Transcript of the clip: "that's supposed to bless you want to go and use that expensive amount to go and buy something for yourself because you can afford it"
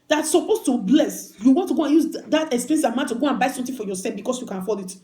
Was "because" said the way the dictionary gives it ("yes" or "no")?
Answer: no